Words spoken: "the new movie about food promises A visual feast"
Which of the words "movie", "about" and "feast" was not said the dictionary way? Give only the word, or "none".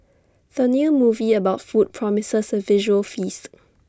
none